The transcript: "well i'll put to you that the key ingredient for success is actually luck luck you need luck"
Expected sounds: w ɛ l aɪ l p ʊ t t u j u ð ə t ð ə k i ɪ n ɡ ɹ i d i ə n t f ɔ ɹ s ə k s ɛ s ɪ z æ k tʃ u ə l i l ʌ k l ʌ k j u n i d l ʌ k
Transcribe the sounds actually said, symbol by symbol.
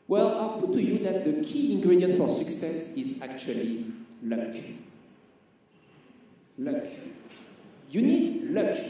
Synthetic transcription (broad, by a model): w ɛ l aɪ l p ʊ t t u j u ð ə t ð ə k i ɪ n ɡ ɹ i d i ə n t f ɔ ɹ s ə k s ɛ s ɪ z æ k tʃ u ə l i l ʌ k l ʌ k j u n i d l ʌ k